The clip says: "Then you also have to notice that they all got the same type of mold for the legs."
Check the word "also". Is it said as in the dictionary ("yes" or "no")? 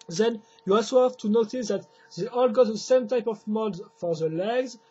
no